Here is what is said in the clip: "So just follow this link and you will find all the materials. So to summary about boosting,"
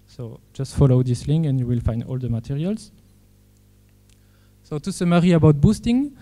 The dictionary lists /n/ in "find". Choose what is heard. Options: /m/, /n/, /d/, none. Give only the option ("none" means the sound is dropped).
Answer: /n/